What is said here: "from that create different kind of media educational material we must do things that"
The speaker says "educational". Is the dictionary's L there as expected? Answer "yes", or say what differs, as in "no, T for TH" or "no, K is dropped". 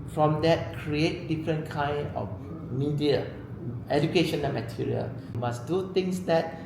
no, N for L